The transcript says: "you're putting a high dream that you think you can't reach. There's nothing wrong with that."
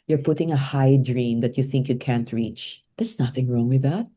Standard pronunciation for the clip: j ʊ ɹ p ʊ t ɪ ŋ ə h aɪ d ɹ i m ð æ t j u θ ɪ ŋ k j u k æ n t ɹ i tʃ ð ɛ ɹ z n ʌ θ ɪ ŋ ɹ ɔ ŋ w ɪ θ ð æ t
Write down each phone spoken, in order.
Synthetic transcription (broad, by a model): j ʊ ɹ p ʊ t ɪ ŋ ə h aɪ d ɹ i m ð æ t j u θ ɪ ŋ k j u k æ n t ɹ i tʃ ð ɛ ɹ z n ʌ θ ɪ ŋ ɹ ɔ ŋ w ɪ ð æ t